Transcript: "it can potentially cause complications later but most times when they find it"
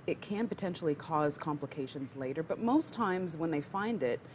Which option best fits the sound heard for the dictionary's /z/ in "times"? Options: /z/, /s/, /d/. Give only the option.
/z/